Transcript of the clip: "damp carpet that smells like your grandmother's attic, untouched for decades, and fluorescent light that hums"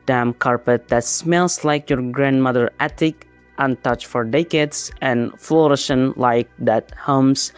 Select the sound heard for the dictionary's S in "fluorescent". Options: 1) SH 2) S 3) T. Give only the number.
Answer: 1